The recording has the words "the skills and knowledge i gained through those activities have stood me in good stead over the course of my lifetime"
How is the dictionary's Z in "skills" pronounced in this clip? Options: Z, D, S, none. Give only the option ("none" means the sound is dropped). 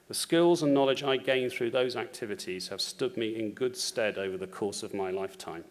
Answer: Z